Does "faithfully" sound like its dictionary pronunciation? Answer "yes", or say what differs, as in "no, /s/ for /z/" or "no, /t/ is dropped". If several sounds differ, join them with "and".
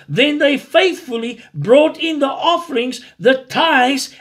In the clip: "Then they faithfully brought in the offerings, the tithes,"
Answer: yes